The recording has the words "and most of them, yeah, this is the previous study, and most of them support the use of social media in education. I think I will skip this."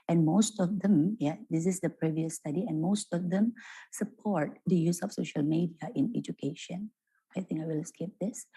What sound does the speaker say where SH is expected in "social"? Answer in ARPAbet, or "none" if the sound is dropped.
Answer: SH